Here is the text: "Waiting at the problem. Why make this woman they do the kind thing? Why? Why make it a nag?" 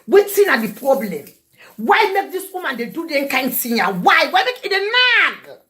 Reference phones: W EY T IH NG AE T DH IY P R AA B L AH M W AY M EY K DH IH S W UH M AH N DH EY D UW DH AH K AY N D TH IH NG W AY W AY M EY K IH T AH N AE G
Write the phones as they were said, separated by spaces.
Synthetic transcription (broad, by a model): W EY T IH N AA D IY P R AA B L AH M W AY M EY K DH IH S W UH M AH N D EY D UW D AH K AY N D S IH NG W AY W AY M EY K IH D AH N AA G